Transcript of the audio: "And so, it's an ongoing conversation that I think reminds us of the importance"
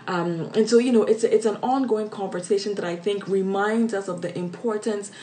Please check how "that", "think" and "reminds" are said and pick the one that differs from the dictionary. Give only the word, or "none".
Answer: none